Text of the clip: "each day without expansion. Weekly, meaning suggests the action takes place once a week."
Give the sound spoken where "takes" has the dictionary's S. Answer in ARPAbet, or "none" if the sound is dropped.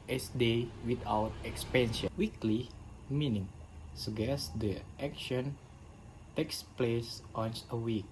S